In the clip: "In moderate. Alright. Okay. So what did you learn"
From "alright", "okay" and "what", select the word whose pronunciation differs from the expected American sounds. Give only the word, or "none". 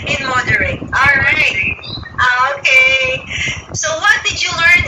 alright